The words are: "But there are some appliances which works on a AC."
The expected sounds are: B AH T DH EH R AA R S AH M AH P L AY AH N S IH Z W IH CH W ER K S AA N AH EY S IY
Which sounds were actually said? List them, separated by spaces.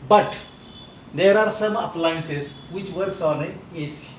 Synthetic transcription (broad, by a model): B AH T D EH R AA R S AH M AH P L AY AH N S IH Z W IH CH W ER K S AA L AH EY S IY